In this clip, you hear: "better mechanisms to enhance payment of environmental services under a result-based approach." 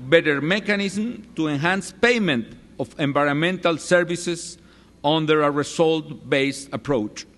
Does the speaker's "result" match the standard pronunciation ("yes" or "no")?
no